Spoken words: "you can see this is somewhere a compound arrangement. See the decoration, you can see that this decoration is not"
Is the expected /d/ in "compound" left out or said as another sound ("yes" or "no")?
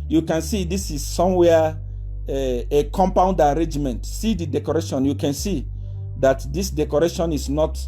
no